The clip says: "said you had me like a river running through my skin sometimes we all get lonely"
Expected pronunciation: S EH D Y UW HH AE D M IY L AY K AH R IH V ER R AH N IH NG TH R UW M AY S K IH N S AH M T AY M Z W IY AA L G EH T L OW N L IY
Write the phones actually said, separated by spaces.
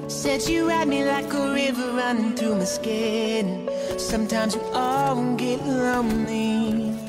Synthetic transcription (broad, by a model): S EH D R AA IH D M IY L AY K AH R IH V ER R AH N IH NG TH R UW M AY S K IH N S AH M T AY M Z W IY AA N G EH T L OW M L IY